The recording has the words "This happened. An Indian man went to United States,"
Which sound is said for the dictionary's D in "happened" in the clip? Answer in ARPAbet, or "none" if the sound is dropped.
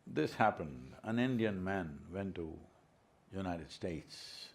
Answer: D